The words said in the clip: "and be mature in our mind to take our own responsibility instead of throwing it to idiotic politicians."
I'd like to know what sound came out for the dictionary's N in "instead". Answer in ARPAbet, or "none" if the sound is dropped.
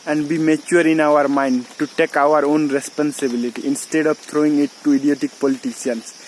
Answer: N